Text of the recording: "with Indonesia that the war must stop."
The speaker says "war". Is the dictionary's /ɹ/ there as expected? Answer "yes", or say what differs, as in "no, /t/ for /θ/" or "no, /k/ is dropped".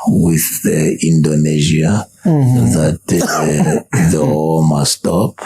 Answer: no, /l/ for /ɹ/